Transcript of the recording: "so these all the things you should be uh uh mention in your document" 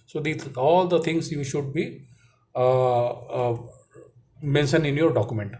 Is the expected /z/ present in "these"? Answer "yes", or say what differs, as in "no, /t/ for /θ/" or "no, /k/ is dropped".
no, /z/ is dropped